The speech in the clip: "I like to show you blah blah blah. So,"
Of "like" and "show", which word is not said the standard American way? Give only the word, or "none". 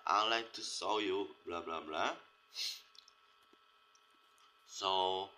show